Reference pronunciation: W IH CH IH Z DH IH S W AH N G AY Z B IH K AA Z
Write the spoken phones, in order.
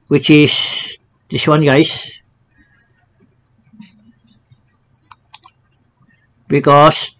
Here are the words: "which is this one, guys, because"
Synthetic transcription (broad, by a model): W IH CH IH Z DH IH S W AH N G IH S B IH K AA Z